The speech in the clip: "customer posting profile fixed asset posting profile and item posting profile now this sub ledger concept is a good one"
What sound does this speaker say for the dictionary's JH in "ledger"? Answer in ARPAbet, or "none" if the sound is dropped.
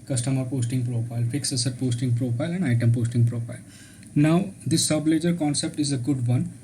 JH